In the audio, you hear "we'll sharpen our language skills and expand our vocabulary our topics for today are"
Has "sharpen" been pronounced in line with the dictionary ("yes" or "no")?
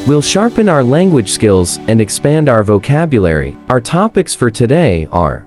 yes